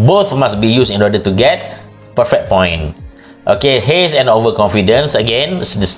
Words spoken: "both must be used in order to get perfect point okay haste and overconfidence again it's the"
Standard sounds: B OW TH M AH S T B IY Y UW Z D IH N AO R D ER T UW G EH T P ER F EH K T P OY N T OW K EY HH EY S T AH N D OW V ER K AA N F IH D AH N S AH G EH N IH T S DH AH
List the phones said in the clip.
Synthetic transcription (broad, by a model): B OW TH M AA S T B IY Y UW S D IH N AO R D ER T UW G EH T P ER F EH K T P OY N T OW K EY HH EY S AH N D OW V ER K AA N F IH D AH N S AH G EH N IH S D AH